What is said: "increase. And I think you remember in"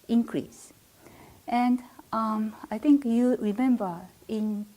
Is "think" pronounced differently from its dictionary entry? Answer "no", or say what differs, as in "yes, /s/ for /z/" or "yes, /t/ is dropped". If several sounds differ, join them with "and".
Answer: yes, /t/ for /θ/